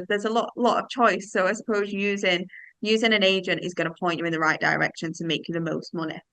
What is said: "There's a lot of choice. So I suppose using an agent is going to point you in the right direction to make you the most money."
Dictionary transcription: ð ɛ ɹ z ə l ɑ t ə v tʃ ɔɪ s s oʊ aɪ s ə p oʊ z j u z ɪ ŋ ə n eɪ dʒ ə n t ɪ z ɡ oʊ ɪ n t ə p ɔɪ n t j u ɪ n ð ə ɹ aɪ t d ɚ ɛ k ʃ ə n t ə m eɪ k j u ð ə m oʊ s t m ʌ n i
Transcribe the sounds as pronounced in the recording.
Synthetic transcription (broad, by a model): ð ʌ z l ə l ɑ t ə v tʃ ɔɪ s s oʊ aɪ s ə p oʊ z j u z ɪ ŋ ə n eɪ dʒ ə n t ɪ z ɡ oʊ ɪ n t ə p ɔɪ n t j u ɪ n ð ə ɹ aɪ t d ɚ ɛ k ʃ ə n t ə m eɪ k j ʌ ð ə m oʊ s t m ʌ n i